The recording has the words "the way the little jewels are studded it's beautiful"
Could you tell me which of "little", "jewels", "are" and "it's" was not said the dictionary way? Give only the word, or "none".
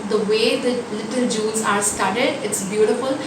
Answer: jewels